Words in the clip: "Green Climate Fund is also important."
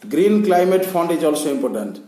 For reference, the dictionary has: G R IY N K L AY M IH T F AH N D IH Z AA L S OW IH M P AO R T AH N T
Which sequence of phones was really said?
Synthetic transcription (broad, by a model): G R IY N K L AY M IH T P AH N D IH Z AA L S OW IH M P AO R T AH N T